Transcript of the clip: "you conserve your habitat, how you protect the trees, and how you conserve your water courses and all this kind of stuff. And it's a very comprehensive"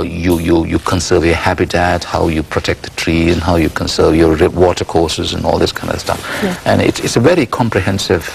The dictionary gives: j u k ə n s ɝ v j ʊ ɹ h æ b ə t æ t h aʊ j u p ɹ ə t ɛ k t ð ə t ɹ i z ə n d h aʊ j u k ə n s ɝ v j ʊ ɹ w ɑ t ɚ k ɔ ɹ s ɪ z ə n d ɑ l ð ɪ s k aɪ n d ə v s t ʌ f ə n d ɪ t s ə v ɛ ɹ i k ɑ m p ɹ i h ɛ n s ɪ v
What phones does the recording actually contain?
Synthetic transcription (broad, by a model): j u k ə n s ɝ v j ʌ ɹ h æ b ə t æ t h aʊ j u p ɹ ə t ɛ k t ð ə t ɹ i z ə n h aʊ j u k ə n s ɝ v j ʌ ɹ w ɑ t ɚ k ɔ ɹ s ɪ z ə n ɑ l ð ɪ s k aɪ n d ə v s t ʌ f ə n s ɪ t s ə v ɛ ɹ i k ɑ m p ɹ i h ɛ n s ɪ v